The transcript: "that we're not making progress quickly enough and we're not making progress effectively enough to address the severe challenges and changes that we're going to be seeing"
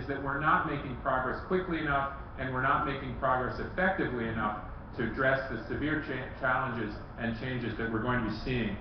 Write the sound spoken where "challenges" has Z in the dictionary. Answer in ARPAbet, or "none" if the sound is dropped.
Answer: Z